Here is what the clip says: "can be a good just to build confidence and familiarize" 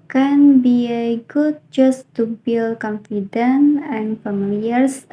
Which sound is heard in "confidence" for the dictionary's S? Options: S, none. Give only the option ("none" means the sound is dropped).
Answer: none